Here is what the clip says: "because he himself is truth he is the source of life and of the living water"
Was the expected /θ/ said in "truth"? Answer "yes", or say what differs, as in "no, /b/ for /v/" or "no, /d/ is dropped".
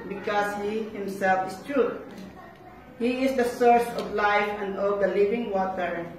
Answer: no, /t/ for /θ/